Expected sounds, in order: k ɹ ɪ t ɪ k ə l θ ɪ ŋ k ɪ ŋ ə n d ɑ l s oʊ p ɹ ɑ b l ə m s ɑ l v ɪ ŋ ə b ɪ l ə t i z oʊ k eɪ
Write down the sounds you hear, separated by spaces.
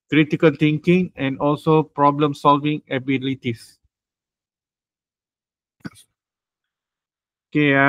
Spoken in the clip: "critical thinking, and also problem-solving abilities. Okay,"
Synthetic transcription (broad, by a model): k ɹ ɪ t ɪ k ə l t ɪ ŋ k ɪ ŋ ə n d ɑ l s oʊ p ɹ ɑ b l ə m s ɑ l v ɪ ŋ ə b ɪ l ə t i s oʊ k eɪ